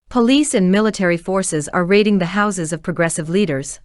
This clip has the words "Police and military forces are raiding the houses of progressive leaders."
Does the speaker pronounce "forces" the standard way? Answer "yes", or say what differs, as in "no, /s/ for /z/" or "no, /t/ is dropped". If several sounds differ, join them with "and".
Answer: yes